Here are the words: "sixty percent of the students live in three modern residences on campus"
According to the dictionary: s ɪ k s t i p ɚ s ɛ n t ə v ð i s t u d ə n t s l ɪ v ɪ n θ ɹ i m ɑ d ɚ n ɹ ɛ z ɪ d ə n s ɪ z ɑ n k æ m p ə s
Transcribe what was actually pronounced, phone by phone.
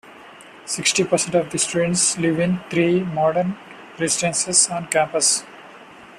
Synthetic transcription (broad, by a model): s ɪ k s t i p ɚ s ɛ n t ə v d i s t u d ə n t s l ɪ v ɪ n t ɹ i m ɑ d ɚ n ɹ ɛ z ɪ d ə n s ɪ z ɑ n k æ m p ə s